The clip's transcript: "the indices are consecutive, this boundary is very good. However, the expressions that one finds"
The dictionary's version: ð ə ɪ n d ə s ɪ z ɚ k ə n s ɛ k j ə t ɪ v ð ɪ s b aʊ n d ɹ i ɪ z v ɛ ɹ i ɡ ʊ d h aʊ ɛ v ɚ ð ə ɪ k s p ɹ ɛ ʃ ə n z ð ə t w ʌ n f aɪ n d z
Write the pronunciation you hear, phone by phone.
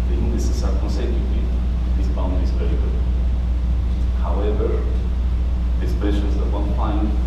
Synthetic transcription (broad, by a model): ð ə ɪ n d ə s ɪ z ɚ k ə n s ɛ k j ə t ɪ v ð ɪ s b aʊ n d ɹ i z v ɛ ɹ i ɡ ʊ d h aʊ ɛ v ɚ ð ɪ s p ɛ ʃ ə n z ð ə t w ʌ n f aɪ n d